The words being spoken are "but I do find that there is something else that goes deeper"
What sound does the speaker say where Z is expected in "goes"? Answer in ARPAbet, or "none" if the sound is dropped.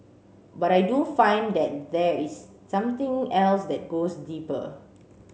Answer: S